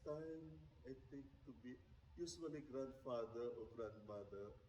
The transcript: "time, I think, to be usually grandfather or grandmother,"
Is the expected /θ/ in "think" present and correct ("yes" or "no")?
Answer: no